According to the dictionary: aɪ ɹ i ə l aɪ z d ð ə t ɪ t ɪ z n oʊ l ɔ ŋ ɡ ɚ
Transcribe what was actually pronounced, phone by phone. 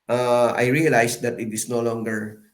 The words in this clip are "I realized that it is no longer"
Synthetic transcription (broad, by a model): aɪ ɹ i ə l aɪ s d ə t ɪ t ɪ s n oʊ l ɔ ŋ ɡ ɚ